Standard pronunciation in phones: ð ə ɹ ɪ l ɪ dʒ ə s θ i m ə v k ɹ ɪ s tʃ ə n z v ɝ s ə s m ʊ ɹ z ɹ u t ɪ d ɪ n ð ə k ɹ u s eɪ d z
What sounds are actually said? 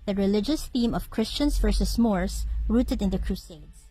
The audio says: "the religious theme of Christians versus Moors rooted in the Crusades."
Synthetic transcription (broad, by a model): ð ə ɹ ɪ l ɪ dʒ ə s θ i m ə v k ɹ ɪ s tʃ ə n s v ɝ s ə s m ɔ ɹ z ɹ u t ɪ d ɪ n ð ə k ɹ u s eɪ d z